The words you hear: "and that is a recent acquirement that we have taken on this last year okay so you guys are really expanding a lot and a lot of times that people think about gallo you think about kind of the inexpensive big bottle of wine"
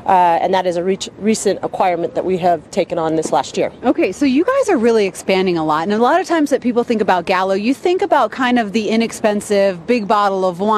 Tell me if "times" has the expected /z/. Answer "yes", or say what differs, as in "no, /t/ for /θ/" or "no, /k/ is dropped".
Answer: yes